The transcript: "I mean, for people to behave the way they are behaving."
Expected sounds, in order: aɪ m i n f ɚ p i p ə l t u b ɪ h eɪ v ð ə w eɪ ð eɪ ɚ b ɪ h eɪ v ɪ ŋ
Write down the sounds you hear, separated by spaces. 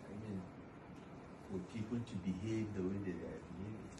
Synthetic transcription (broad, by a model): aɪ m i n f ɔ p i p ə n t u b ɪ h eɪ v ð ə w eɪ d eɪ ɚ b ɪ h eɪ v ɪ